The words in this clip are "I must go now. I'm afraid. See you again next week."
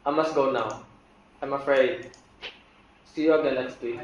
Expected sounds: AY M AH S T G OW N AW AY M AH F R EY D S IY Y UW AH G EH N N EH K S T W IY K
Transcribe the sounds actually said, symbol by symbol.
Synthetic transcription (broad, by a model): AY M AH S T G OW N AW AY M AH F R EY D S IY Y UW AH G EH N L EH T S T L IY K